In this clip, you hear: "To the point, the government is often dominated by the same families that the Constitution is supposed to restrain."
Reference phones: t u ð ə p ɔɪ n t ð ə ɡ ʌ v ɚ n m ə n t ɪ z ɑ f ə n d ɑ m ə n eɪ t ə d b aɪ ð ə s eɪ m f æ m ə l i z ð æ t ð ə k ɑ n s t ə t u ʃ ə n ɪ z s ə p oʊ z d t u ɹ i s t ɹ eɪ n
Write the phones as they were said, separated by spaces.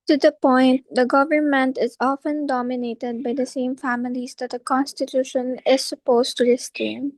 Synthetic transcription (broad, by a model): t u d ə p ɔɪ n t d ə ɡ ʌ v ɚ n m ə n t ɪ z ɑ f ə n d ɑ m ə n eɪ t ə d b aɪ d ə s eɪ m f æ m ə l i z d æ t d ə k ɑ n s t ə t u ʃ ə n ɪ z s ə p oʊ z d t u ɹ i s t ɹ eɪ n